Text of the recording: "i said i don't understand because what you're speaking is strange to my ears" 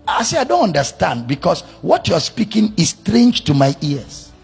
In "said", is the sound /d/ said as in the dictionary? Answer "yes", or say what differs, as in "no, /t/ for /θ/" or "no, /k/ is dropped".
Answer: no, /d/ is dropped